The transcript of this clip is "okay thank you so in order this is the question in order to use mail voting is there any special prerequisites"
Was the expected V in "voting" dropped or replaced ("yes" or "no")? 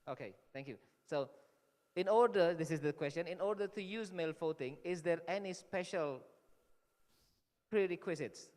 yes